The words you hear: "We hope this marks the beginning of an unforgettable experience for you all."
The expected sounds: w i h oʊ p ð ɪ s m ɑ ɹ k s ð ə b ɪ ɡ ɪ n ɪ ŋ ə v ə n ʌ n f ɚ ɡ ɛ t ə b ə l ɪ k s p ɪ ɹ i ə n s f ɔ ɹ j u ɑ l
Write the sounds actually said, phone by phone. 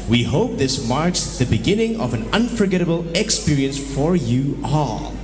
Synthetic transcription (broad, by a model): w i h oʊ p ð ɪ s m ɑ ɹ k s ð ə b ɪ ɡ ɪ n ɪ ŋ ə v ə n ʌ n f ɚ ɡ ɛ t ə b ə l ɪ k s p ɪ ɹ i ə n s f ɔ ɹ j u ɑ l